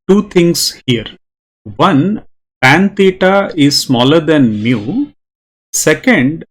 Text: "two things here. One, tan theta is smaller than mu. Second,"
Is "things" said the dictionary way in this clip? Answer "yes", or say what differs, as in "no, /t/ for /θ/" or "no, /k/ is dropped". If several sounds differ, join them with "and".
no, /t/ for /θ/